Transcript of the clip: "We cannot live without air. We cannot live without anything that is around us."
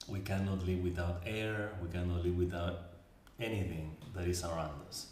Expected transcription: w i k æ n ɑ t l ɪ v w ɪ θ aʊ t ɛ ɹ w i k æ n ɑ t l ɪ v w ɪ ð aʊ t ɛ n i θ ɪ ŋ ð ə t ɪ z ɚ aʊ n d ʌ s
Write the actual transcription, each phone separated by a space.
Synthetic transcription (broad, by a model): w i k æ n ɑ t l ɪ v w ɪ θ aʊ t ɛ ɹ w i k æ n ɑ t l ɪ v w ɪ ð aʊ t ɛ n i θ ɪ ŋ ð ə t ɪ s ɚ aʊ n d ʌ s